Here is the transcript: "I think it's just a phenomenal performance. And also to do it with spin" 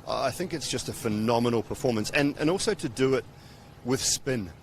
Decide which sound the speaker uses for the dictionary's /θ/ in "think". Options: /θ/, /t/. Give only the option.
/θ/